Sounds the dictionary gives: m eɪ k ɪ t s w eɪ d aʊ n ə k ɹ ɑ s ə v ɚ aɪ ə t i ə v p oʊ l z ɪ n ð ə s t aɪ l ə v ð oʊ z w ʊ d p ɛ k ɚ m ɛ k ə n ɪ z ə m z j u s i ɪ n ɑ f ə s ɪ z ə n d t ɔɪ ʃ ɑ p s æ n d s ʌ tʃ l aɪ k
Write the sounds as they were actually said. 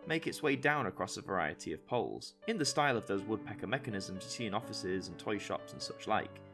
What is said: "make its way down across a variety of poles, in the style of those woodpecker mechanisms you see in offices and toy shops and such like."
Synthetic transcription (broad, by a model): m eɪ k ɪ t s w eɪ d aʊ n ə k ɹ ɑ s ə v ɚ aɪ ə t i ə v p oʊ l z ɪ n ð ə s t aɪ l ə v ð oʊ z w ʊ d p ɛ k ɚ m ɛ k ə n ɪ z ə m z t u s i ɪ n ɑ f ə s ɪ z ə n t ɔɪ ʃ ɑ p s n s ʌ tʃ l aɪ k